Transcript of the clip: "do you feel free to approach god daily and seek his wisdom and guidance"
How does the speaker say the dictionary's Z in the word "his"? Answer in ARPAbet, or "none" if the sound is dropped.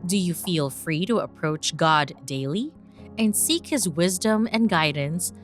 Z